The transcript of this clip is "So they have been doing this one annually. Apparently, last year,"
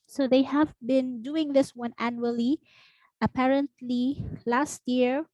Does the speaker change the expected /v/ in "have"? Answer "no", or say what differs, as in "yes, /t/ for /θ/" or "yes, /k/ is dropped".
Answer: no